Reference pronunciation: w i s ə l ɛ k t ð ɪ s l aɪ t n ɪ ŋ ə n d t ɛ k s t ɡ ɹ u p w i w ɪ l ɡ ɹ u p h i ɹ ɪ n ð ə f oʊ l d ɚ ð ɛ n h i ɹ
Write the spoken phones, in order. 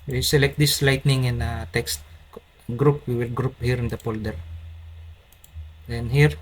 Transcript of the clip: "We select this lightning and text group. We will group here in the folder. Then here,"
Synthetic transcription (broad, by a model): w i s ə l ɛ k t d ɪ s l aɪ t n ɪ ŋ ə n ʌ t ɛ k s t ɡ ɹ u p w i w ɪ l ɡ ɹ u p h i ɹ ɪ n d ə p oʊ l d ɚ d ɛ n h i ɹ